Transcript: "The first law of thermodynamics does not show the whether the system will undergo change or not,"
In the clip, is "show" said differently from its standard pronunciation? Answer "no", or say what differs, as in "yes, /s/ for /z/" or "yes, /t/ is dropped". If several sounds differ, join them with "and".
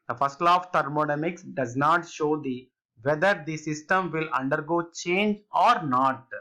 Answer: no